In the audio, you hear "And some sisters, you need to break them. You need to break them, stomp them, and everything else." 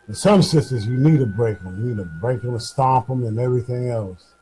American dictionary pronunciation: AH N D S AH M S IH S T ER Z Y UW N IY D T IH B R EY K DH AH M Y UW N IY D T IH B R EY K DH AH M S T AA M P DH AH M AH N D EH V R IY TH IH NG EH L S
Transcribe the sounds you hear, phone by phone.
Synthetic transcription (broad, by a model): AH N S AH M S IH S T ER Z Y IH N IY D T IH B R EY K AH M Y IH N IY D T IH B R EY K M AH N S T AA P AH M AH N EH V R IY TH IH NG EH L S